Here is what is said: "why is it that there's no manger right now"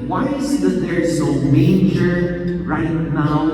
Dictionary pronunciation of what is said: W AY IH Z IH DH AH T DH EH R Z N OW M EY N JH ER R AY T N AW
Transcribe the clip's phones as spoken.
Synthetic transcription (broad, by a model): W AY IH Z IH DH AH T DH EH R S OW M EY JH ER R AY T N AW